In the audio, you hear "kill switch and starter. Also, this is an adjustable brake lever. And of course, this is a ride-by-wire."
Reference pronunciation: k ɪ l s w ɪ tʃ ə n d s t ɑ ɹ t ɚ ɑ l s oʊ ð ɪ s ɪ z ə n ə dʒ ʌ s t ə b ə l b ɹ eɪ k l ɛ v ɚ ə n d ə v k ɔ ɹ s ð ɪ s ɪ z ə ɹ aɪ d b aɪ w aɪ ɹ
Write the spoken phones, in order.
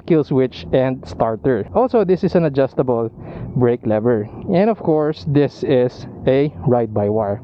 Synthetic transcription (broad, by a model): k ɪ l s w ɪ tʃ ə n d s t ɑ ɹ t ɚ ɑ l s oʊ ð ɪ s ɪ s ə n ə dʒ ʌ s t ə b ə l b ɹ eɪ k l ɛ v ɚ ə n d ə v k ɔ ɹ s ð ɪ s ɪ s ə ɹ aɪ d b aɪ w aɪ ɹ